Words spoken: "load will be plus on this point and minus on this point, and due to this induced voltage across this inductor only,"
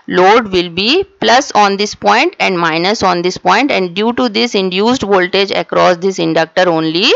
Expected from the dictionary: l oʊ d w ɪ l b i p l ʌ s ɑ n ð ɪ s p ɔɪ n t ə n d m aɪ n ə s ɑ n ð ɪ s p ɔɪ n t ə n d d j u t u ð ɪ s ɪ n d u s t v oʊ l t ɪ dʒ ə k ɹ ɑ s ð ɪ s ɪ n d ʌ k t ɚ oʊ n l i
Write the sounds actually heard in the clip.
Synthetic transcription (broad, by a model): l oʊ d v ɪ l b i p l ʌ s ɑ n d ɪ s p ɔɪ n t ə n d m aɪ n ə s ɑ n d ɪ s p ɔɪ n t ə n d d j u t u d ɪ s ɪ n d u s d v oʊ l t ɪ dʒ ə k ɹ ɑ s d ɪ s ɪ n d ʌ k t ɚ oʊ n l i